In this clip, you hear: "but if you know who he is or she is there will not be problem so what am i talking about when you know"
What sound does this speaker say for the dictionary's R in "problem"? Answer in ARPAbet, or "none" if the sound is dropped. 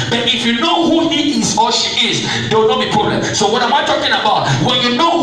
none